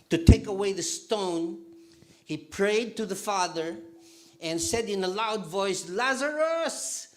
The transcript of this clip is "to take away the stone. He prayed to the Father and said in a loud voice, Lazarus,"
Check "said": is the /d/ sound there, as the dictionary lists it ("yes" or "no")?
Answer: yes